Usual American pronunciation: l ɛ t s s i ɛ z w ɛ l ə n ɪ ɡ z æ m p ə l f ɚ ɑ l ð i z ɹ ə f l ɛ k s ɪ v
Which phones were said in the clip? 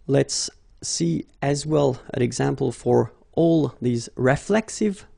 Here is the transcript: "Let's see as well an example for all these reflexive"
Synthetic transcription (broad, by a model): l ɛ t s s i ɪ z w ɛ l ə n ɪ ɡ z æ m p ə l f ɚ ɑ l ð i z ɹ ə f l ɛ k s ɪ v